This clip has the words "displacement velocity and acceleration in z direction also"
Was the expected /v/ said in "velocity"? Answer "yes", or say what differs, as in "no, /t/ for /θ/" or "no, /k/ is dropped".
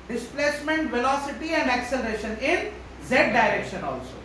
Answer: yes